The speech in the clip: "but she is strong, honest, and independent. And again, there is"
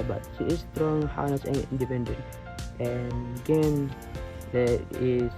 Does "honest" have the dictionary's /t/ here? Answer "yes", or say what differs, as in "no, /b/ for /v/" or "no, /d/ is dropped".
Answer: no, /t/ is dropped